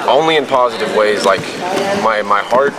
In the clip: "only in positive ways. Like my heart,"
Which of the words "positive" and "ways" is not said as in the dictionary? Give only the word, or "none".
none